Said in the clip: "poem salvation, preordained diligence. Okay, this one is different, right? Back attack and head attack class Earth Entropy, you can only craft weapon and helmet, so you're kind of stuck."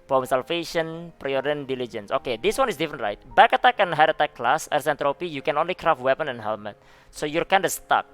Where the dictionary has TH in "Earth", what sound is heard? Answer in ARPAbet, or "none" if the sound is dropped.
S